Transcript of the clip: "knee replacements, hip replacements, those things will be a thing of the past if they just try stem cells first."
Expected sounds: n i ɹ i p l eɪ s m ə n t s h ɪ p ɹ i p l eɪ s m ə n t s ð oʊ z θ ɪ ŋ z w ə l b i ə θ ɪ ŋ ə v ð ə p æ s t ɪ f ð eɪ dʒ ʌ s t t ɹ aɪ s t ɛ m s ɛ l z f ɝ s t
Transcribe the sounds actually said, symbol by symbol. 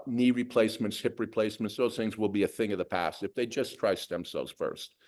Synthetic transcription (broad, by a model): n i ɹ i p l eɪ s m ə n t s h ɪ p ɹ i p l eɪ s m ə n t s ð oʊ z θ ɪ ŋ z w ə l b i ə θ ɪ ŋ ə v ð ə p æ s t ɪ f ð eɪ dʒ ʌ s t t ɹ aɪ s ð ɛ m s ɛ l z f ɝ s t